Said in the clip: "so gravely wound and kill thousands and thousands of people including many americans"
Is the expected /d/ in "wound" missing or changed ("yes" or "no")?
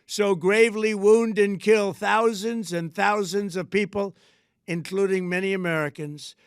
no